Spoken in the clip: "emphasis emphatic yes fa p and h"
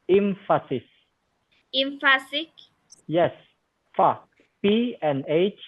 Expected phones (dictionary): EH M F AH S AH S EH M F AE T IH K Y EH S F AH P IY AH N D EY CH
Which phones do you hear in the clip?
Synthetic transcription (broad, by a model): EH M F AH S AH S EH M F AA S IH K Y EH S F AH P IY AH N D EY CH